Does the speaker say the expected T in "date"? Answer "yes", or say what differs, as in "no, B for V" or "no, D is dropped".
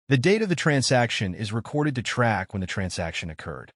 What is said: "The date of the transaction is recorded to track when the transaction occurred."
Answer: yes